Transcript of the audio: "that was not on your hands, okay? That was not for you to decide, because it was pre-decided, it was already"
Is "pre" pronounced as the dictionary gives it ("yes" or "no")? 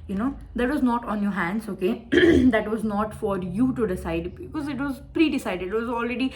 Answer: yes